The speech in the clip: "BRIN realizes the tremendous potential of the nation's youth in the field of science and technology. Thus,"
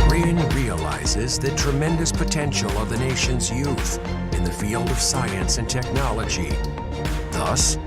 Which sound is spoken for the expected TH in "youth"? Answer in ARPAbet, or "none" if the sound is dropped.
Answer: TH